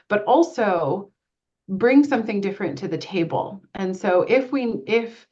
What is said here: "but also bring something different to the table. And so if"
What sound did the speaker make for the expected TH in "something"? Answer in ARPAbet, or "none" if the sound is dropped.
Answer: TH